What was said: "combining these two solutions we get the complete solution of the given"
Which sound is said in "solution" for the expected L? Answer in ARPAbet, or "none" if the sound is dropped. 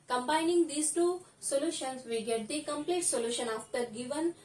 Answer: L